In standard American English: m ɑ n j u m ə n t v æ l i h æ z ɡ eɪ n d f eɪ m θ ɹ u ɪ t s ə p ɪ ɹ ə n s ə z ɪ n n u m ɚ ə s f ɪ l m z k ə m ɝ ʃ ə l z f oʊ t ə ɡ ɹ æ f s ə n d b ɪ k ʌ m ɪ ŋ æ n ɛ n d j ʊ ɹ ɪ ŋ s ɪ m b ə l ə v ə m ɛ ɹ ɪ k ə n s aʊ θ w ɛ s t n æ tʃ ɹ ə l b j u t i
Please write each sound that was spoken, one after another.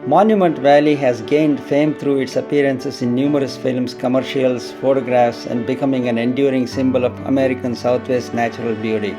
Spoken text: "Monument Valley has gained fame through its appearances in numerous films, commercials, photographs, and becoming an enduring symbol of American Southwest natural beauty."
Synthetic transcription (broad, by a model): m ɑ n j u m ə n t v æ l i h æ z ɡ eɪ n d f eɪ m t ɹ u ɪ t s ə p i ɹ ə n s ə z ɪ n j u m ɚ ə s f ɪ l m s k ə m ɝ ʃ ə l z f oʊ t ə ɡ ɹ æ f s ə n d b ɪ k ʌ m ɪ ŋ æ n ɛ n d j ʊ ɹ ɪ ŋ s ɪ m b ə l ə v ə m ɛ ɹ ɪ k ə n s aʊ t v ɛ s t n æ tʃ ɹ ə l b j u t i